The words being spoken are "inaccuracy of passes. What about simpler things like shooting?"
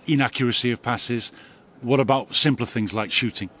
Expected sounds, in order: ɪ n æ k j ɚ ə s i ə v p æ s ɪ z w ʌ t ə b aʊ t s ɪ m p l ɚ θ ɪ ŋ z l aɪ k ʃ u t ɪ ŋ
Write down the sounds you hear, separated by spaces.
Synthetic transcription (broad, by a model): ɪ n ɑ k j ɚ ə s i ə v p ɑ s ɪ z w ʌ t ə b aʊ t s ɪ m p l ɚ θ ɪ ŋ z l aɪ k ʃ u t ɪ ŋ